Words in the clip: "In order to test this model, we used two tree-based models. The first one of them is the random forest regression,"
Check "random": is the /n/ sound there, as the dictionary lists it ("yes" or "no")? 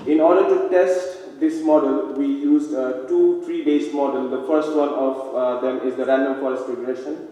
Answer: yes